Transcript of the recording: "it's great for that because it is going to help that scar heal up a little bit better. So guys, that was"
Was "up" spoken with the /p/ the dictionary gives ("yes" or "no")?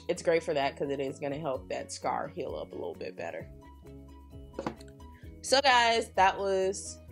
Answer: yes